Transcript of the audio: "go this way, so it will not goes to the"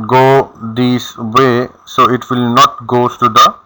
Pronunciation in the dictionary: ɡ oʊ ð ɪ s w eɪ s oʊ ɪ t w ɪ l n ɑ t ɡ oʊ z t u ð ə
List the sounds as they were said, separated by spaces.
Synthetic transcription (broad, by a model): ɡ oʊ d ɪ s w eɪ s oʊ ɪ t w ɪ l n ɑ t ɡ oʊ t u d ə